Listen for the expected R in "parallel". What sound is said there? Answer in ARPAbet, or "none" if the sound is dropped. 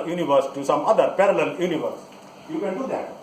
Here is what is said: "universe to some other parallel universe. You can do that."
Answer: R